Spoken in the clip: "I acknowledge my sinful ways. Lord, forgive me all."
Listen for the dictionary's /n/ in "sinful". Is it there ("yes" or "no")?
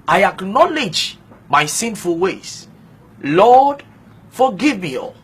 yes